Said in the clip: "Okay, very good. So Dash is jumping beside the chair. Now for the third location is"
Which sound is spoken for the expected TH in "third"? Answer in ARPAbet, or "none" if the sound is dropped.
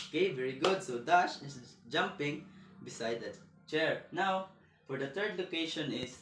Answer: T